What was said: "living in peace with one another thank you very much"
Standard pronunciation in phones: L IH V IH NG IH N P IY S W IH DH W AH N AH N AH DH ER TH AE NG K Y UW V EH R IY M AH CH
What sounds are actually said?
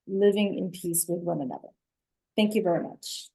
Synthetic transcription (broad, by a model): L IH V IH NG IH N P IY S W IH DH W AH N AH N AH DH ER TH AE NG K Y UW V EH R IY M AH CH